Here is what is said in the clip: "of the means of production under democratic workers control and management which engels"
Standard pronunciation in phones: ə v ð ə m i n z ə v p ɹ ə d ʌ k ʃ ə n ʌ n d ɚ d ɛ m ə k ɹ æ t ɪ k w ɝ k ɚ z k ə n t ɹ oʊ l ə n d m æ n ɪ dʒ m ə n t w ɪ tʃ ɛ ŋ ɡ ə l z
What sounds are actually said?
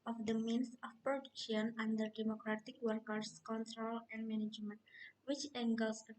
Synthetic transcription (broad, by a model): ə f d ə m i n s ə f p ɹ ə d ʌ k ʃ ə n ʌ n d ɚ d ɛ m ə k ɹ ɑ t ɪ k w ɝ k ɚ s k ə n t ɹ oʊ l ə n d m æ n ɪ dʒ m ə n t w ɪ tʃ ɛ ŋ ɡ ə l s